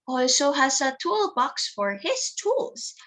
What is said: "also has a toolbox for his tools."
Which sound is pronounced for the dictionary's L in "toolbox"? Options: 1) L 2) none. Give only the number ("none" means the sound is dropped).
1